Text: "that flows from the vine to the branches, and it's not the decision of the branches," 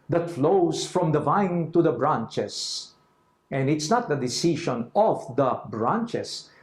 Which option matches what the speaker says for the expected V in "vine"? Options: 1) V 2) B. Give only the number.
1